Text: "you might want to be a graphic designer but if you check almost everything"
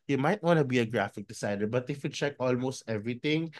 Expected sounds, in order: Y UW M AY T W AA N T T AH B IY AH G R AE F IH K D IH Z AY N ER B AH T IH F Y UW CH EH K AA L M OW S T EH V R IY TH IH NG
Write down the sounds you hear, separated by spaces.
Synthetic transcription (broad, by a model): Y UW M AY T W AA N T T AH B IY AH G R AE F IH K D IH S AY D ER B AH T IH F Y UW CH EH K AA L M OW S T EH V R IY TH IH NG